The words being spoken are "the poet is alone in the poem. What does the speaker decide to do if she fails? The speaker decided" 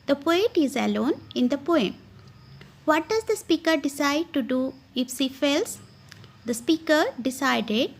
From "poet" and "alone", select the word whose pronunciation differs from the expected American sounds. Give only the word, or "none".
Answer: none